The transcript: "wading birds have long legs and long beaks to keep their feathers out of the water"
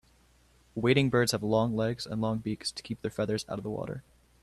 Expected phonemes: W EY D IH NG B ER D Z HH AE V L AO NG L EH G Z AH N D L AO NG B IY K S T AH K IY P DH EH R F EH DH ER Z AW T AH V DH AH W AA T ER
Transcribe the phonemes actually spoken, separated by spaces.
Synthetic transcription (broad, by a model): W EY D IH NG B ER D Z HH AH V L AO NG L EH G Z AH N L AO NG B IY K S T AH K IY P DH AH R F EH DH ER Z AW T AH V DH AH W AA T ER